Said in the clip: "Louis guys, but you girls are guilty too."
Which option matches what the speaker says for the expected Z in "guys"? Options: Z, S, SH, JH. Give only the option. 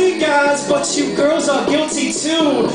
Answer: Z